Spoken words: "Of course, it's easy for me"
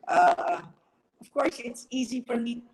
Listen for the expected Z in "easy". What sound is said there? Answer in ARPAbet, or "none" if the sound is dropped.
Z